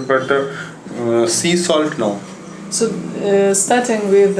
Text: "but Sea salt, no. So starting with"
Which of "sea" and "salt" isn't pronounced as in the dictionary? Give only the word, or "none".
none